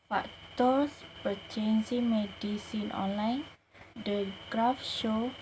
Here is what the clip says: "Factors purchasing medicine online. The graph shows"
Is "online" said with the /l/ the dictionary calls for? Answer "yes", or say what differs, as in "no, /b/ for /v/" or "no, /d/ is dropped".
yes